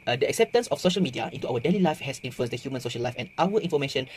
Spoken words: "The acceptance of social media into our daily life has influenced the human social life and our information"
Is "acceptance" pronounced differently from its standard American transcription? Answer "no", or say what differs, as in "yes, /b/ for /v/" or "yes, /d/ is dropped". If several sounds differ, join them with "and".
no